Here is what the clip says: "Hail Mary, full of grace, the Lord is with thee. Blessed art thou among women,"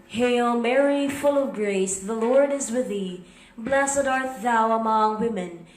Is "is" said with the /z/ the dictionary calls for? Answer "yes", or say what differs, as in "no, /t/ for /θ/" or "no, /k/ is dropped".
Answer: yes